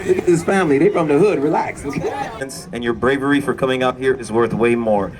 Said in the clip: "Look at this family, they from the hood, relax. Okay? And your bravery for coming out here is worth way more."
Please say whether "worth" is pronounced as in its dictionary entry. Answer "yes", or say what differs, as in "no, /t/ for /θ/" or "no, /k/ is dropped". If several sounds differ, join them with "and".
yes